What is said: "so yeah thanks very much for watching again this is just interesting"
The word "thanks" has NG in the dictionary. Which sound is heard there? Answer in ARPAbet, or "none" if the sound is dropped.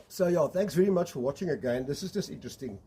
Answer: NG